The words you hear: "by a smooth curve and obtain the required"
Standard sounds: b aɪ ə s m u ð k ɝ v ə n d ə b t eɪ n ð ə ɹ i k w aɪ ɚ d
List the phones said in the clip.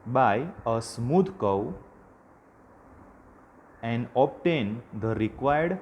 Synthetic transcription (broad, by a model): b aɪ ə s m u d k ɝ w ə n d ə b t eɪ n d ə ɹ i k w aɪ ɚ d